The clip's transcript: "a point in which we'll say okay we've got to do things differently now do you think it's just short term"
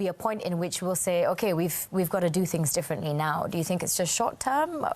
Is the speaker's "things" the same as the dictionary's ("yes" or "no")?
yes